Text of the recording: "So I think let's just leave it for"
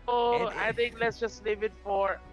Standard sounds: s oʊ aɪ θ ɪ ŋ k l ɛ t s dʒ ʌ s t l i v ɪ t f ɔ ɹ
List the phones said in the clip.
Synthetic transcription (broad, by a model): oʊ aɪ t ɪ ŋ k l ɛ t s dʒ ʌ s t l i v ɪ t f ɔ ɹ